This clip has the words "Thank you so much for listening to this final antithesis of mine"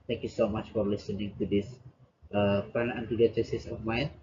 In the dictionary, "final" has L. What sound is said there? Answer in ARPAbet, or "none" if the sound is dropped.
N